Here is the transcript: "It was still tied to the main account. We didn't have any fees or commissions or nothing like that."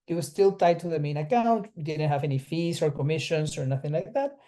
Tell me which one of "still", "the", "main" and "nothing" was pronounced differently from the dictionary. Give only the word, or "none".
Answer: none